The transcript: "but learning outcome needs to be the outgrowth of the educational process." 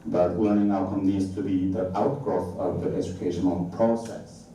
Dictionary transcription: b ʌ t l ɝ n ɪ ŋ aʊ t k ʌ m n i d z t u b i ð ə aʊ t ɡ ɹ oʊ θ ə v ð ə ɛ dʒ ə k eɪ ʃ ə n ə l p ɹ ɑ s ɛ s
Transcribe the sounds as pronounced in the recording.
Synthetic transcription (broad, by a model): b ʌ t w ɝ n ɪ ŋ aʊ t k ʌ m n i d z t u b i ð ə aʊ t ɡ ɹ oʊ θ ə v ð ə ɛ dʒ ə k eɪ ʃ ə n ə l p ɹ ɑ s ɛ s